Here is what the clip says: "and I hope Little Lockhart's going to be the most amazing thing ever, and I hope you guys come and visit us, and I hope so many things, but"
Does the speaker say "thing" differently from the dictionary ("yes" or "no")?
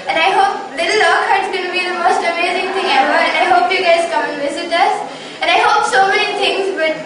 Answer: yes